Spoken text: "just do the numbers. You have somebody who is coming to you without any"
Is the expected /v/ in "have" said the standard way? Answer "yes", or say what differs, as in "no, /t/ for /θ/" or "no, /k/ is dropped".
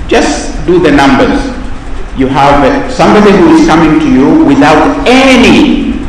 yes